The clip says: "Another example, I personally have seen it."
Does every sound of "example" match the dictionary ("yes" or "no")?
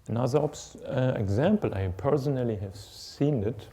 yes